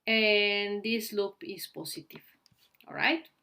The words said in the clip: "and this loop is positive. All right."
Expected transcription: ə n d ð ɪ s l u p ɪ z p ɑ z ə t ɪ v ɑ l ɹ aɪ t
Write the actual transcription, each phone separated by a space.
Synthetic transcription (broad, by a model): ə n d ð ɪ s l u p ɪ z p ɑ s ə t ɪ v ɑ l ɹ aɪ t